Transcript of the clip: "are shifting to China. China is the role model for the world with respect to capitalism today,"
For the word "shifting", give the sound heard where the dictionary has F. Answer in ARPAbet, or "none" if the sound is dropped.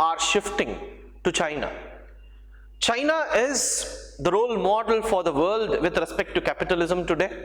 F